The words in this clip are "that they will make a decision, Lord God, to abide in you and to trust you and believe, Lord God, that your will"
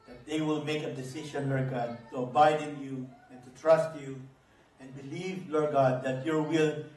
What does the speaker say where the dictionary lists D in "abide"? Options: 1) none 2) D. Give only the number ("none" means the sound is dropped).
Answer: 2